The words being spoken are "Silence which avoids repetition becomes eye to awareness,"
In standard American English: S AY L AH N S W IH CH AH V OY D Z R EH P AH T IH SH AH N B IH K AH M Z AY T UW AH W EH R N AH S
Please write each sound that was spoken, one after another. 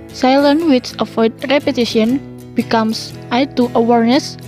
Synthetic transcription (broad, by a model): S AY L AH N W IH S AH F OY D R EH P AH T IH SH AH N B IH K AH M S AY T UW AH W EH R N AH S